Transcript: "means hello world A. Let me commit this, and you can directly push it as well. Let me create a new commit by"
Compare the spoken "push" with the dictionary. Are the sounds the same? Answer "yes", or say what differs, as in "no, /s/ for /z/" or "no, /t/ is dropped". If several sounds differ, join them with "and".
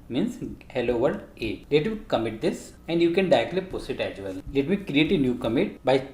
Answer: no, /s/ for /ʃ/